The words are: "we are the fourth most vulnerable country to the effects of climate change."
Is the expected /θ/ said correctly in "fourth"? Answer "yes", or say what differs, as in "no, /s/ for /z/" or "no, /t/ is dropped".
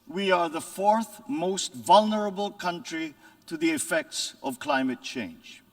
yes